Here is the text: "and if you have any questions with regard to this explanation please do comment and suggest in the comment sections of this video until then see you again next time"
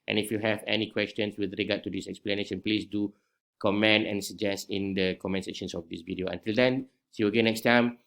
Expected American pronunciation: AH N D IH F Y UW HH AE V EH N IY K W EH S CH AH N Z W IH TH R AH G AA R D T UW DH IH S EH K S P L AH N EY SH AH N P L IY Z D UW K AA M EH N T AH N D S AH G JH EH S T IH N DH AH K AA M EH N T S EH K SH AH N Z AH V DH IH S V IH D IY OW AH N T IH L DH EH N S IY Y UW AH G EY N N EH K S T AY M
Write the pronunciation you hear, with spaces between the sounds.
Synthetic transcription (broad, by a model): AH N IH F Y UW HH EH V EH N IY K W EH S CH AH N S W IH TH R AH G AA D T UW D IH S EH K S P L AH N EY SH AH N P L IY S D UW K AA M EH N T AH N S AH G JH EH S T IH N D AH K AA M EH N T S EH SH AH N S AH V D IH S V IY D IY OW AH N T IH L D EH N S IY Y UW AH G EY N N EH K S T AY M